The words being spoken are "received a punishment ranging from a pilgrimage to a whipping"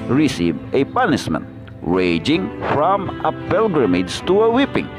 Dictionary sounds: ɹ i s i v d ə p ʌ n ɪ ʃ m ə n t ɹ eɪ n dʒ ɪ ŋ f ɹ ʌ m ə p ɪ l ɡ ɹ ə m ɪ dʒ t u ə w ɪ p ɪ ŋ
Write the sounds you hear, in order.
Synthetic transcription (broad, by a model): ɹ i s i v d ə p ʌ n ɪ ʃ m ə n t ɹ eɪ dʒ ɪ ŋ f ɹ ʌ m ə p ɪ l ɡ ɹ ə m ɪ dʒ t u ə w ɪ p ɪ ŋ